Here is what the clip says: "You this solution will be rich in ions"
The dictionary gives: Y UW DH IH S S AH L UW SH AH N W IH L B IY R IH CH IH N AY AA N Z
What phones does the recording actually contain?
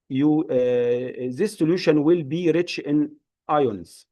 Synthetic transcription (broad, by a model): Y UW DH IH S S AH L UW SH AH N W IH L B IY R IH CH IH N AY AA N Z